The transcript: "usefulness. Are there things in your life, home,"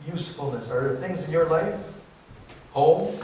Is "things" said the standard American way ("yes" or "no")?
yes